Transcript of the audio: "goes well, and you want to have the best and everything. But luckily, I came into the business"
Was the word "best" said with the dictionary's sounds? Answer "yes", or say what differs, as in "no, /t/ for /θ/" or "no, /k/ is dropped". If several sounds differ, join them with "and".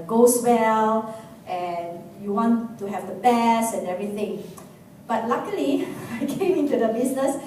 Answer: no, /t/ is dropped